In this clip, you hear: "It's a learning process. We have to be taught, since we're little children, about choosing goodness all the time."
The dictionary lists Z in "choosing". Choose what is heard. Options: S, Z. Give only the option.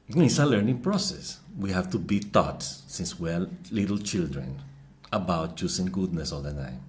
S